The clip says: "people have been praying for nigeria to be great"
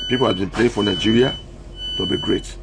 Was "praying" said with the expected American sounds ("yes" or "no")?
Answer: no